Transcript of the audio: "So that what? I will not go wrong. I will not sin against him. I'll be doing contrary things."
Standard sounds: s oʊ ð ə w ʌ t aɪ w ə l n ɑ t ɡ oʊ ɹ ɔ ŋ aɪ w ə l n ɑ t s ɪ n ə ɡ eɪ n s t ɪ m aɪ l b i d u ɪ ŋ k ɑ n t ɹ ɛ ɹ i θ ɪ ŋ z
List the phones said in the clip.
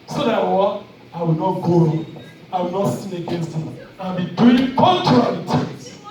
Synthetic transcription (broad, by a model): s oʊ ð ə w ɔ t aɪ w ə l n ɑ t ɡ oʊ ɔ aɪ w ə l n ɑ t s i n ə ɡ eɪ n s t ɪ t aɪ n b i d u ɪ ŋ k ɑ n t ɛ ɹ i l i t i